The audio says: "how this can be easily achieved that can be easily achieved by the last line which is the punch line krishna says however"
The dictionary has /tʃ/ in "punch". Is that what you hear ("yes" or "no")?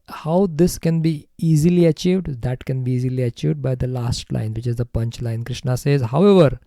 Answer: yes